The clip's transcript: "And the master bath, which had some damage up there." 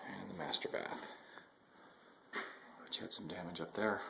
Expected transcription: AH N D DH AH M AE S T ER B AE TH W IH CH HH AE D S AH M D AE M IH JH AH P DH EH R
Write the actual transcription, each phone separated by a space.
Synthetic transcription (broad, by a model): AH N DH AH M AE S T ER B AE TH W IH CH HH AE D S AH M D AE M IH JH AH P DH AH R